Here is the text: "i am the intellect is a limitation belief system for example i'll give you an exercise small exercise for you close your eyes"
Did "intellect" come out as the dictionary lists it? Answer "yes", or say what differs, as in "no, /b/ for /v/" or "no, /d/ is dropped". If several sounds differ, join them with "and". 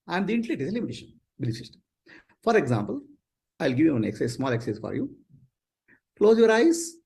no, /k/ is dropped